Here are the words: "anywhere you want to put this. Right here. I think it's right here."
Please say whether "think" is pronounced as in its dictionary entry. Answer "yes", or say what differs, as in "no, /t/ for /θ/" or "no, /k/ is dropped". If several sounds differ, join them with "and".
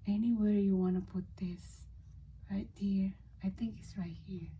no, /t/ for /θ/